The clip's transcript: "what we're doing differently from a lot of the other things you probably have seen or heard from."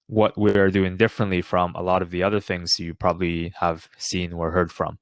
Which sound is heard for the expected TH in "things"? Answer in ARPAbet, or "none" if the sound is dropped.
TH